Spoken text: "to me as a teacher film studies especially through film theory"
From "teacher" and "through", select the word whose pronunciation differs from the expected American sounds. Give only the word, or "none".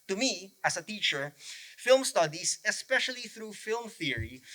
none